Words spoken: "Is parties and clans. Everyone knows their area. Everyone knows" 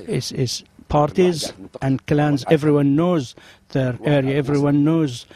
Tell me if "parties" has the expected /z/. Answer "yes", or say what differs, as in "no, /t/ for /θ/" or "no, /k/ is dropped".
yes